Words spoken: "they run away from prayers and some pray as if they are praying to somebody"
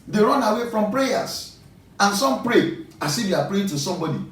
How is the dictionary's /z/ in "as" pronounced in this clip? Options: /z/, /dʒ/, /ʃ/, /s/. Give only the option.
/s/